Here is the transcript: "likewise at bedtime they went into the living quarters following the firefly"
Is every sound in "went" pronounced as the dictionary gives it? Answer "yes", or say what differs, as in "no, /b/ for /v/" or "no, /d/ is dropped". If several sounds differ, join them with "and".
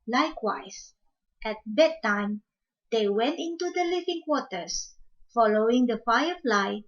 yes